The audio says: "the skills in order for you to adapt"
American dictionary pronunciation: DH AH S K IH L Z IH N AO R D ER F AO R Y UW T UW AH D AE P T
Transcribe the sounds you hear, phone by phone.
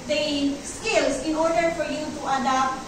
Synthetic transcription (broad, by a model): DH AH S K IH L S IH N AO R D ER F AO R Y UW T UW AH D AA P T